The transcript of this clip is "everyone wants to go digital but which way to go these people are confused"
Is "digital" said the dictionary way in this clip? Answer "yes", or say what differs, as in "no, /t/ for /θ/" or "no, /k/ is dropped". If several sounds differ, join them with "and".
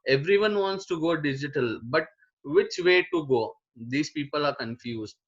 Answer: yes